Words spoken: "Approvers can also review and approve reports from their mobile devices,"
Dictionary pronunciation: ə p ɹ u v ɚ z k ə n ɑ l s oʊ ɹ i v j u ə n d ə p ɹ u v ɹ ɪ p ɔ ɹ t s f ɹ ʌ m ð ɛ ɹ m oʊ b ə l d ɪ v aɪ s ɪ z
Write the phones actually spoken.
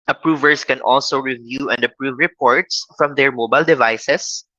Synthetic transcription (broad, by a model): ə p ɹ u v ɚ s k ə n ɑ l s oʊ ɹ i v j u ə n d ə p ɹ u v ɹ ɪ p ɔ ɹ t s f ɹ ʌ m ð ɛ ɹ m oʊ b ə l d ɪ v aɪ s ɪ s